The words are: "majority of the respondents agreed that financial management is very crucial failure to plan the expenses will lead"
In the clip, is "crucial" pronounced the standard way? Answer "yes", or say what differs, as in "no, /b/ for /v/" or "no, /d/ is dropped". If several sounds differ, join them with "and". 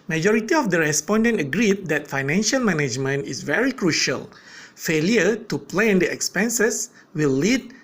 yes